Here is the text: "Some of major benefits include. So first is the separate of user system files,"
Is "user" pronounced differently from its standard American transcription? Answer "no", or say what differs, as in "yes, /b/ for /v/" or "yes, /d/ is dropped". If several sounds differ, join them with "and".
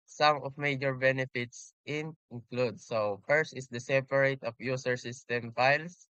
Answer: yes, /s/ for /z/